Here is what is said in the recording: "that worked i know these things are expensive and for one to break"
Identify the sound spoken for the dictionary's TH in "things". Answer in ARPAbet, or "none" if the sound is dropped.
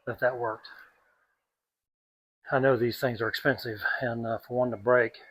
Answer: TH